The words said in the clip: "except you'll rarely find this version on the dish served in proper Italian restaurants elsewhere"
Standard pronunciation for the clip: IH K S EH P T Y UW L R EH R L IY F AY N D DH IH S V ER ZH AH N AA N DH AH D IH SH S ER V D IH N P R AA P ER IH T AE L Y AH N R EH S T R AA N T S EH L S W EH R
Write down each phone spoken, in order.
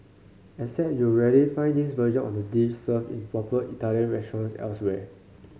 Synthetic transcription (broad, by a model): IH S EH T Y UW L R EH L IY F AY N D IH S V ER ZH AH N AA N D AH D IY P S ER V IH N P R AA P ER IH T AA L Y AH N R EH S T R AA N S EH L S W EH